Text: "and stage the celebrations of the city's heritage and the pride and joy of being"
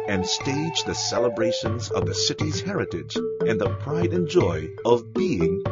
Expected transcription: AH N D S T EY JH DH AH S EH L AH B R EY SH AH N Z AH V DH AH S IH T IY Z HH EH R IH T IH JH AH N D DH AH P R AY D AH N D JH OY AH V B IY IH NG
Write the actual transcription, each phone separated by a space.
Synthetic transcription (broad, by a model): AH N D S T EY JH DH AH S EH L AH B R EY SH AH N Z AH V DH AH S IH T IY Z HH EH R IH T IH JH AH N DH AH P R AY D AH N JH OY AH V B IY IH NG